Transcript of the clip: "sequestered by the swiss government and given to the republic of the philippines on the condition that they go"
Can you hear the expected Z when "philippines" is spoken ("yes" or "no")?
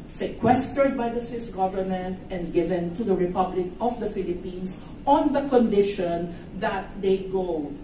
no